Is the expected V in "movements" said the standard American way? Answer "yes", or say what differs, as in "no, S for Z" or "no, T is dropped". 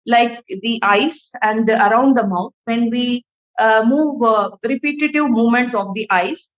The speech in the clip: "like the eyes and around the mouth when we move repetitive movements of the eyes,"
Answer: no, V is dropped